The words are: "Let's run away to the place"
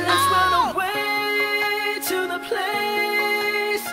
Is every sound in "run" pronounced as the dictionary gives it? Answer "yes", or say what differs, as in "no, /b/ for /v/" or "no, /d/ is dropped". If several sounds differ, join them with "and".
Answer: no, /w/ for /ɹ/